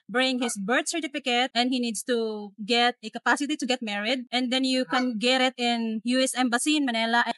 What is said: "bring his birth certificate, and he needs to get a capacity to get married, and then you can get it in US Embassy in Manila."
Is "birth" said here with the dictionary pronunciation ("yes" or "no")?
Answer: no